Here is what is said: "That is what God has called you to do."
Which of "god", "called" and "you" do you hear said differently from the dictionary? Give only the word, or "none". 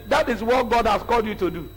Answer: none